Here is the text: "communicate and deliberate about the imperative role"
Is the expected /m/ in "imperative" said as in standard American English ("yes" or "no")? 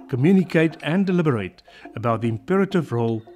yes